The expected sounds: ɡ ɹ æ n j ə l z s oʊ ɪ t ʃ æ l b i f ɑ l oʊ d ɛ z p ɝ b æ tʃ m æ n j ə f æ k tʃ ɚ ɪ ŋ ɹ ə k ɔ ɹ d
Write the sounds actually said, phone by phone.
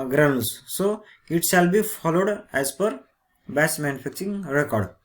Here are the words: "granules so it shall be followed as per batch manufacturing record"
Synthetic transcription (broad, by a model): ɡ ɹ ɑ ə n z s oʊ ɪ t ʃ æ l b i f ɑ l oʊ d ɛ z p ɝ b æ s m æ n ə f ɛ k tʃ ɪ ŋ ɹ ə k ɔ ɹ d